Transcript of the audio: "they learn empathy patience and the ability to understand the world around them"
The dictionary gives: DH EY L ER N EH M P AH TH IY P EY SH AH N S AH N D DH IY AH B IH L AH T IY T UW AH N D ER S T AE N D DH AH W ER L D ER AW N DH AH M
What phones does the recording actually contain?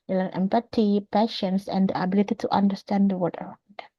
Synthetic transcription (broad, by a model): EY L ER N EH M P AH T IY P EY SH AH N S AH N D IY AH B IH L AH T IY T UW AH N D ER S T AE N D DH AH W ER D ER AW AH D